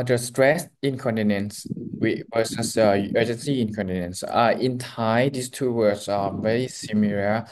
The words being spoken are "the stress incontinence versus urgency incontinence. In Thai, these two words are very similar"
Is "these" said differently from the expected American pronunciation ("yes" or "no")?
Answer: yes